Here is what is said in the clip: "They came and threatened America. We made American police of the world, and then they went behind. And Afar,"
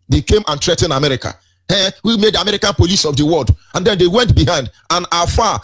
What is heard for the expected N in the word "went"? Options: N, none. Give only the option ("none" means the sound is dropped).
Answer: N